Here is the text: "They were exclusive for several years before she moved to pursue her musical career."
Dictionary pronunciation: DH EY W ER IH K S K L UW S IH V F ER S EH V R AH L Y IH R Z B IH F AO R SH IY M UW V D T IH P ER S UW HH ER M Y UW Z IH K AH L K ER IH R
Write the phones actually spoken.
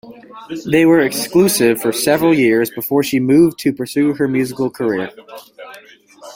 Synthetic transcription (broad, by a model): DH EY W ER IH K S K L UW S IH V F ER S EH V R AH L Y IH R Z B IH F AO R SH IY M UW V T IH P ER S UW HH ER M Y UW Z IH K L K ER IH R